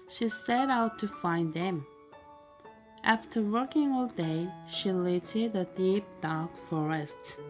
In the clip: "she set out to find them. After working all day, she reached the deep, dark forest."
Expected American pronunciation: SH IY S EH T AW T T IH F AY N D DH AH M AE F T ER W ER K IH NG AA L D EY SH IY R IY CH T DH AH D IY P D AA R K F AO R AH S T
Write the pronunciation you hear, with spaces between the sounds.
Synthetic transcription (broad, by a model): SH IY S EH T AW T T IH F AY N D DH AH M AE F T ER W ER K IH NG AA L D EY SH IY L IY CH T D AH D IY P D AA R K F AO R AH S T